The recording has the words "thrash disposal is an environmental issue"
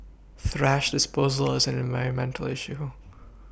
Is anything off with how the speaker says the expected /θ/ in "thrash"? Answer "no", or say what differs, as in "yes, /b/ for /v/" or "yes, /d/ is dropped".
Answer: no